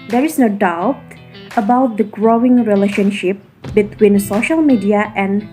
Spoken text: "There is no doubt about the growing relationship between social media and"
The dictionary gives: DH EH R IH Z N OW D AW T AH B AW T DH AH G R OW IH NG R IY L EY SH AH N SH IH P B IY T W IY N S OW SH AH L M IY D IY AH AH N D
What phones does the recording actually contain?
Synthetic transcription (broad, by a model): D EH R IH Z N OW D AW T AH B AW T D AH G R OW IH NG R IY L EY SH AH N SH IH P B IY T W IY N S OW SH AH L M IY D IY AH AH N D